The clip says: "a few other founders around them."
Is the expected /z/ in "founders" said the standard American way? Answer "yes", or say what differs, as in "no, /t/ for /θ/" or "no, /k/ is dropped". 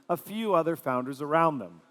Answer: yes